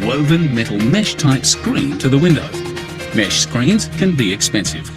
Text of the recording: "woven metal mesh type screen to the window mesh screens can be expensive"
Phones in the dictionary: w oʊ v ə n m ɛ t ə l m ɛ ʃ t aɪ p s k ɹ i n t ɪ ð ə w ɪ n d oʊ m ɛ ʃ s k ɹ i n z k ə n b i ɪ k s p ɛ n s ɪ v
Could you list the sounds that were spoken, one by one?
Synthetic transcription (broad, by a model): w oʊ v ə n m ɛ t l m ɛ ʃ t aɪ p s k ɹ i n t ɪ ð ə w ɪ n d oʊ m ɛ ʃ s k ɹ i n z k ə n b i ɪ k s p ɛ n s ɪ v